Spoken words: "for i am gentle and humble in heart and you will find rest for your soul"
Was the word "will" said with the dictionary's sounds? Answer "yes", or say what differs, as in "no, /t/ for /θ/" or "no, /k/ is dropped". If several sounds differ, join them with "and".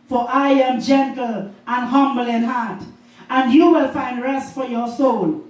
yes